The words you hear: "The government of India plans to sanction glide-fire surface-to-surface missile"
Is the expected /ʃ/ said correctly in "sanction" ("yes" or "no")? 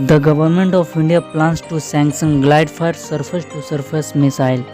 no